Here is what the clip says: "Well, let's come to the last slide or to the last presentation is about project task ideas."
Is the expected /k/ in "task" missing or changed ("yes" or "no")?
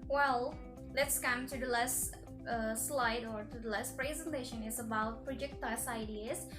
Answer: yes